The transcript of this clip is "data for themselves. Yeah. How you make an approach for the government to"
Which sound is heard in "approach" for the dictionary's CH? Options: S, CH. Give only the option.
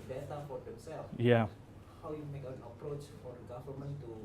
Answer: CH